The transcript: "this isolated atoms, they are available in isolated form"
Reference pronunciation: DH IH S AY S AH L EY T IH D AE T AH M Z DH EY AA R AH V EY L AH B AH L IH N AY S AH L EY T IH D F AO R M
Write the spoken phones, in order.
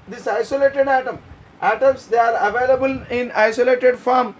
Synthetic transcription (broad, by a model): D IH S AY S AH L EY T IH D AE T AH M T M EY AA R AH V EY L AH B AH L IH N AY S AH L EY T IH D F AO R M